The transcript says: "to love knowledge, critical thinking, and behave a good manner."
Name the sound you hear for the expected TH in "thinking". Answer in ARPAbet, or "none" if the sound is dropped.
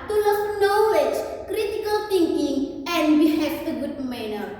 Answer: T